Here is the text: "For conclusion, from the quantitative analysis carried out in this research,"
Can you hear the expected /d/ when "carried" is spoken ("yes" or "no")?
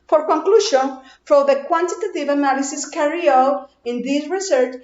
no